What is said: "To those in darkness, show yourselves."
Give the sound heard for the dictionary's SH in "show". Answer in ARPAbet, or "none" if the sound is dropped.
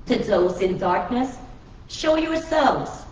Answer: SH